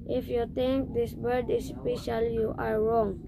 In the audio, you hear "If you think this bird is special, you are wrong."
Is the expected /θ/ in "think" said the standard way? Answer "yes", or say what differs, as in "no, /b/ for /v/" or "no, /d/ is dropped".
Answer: no, /t/ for /θ/